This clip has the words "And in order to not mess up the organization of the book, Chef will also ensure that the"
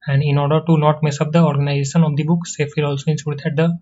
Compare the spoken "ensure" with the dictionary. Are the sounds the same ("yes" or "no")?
no